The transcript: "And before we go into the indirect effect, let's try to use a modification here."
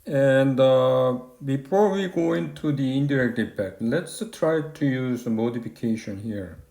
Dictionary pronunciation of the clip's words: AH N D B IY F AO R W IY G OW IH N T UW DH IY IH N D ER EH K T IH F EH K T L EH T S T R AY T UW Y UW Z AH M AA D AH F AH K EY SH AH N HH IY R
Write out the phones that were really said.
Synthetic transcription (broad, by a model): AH N D B IY F AO R W IY G OW IH N T UW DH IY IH N D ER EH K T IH P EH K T L EH T S T R AY T UW Y UW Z AH M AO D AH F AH K EY SH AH N HH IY R